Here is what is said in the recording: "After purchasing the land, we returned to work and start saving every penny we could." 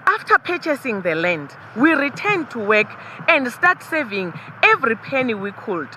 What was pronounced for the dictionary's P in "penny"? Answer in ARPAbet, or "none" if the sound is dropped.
P